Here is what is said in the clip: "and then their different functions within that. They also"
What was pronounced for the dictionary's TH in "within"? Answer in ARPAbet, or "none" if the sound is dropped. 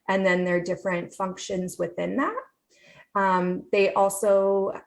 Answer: TH